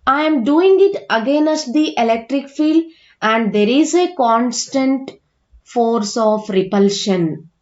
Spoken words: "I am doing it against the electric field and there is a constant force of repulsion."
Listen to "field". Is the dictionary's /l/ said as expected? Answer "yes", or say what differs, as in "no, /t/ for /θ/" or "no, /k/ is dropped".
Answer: yes